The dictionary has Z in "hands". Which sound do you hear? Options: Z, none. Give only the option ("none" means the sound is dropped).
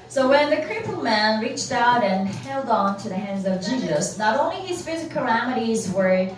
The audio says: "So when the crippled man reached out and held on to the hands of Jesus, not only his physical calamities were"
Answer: Z